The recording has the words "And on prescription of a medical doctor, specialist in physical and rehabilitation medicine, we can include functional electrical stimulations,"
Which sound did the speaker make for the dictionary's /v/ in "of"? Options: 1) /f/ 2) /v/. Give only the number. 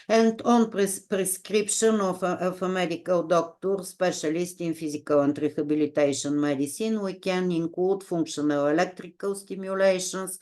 1